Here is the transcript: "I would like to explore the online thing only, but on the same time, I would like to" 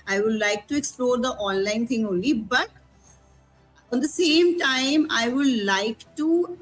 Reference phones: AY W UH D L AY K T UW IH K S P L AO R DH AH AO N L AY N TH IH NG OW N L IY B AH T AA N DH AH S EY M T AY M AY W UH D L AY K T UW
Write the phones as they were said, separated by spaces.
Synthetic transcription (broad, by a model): AY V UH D L AY K T UW IH K S P L AO R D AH AO N L AY N T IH NG OW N L IY B AH T AA N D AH S EY M T AY M AY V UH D L AY K T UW